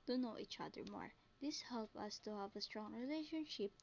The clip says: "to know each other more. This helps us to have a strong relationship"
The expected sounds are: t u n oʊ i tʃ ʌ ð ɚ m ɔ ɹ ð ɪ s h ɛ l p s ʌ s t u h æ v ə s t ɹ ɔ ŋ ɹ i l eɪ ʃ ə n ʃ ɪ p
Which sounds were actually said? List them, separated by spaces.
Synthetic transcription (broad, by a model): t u n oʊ i tʃ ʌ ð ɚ m ɔ ɹ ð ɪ s h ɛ l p ʌ s t u h æ v ə s t ɹ ɔ ŋ ɹ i l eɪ ʃ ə n ʃ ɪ p